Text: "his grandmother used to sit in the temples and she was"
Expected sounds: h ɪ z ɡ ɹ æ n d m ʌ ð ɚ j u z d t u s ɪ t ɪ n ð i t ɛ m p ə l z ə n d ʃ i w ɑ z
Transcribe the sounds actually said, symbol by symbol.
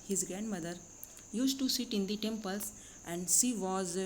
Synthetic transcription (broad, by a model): h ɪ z ɡ ɹ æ n d m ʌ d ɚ j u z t t u s ɪ t ɪ n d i t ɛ m p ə l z ə n d s i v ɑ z